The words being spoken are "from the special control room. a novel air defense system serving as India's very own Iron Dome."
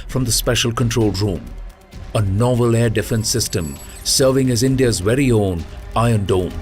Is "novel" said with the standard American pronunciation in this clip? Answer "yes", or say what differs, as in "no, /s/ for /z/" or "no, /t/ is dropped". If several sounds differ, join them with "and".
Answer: yes